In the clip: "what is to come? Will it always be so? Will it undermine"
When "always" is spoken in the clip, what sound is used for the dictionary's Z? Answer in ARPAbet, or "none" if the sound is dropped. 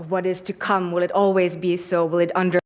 Z